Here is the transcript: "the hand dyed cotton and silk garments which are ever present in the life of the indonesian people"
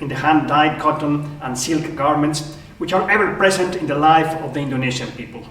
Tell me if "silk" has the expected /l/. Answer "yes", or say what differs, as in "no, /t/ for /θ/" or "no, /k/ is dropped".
yes